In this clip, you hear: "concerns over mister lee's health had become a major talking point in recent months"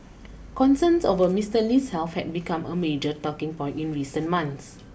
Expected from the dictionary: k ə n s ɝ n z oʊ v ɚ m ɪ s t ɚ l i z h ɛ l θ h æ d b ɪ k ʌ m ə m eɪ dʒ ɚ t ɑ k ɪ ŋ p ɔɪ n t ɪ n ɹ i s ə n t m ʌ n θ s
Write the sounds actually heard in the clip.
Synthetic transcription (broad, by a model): k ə n s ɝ n s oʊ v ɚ m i s t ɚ l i s h ɛ l f h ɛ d b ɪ k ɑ m ə m eɪ dʒ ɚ t ɑ k ɪ ŋ p ɔɪ n t ɪ n ɹ i s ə n m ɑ n s